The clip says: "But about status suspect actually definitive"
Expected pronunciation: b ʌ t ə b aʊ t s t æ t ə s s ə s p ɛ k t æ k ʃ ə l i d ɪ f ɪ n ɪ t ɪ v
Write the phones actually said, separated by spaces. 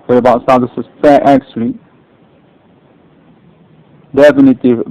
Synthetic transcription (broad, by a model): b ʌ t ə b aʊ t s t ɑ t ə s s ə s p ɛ t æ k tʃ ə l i d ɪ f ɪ n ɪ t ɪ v